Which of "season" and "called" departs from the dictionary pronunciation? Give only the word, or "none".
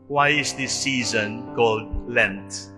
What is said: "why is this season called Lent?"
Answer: none